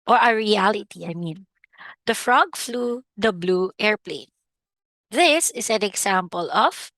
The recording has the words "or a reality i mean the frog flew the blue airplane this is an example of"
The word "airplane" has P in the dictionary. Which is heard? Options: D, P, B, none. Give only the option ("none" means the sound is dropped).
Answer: P